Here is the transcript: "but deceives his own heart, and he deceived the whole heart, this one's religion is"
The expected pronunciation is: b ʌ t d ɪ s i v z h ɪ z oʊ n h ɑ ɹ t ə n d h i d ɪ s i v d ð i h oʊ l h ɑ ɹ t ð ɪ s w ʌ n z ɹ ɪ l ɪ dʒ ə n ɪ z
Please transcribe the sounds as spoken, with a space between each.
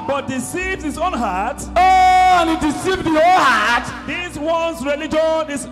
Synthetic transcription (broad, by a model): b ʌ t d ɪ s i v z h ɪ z oʊ n h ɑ t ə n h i d ɪ s i v d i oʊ n h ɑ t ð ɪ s w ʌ n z ɹ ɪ l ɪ dʒ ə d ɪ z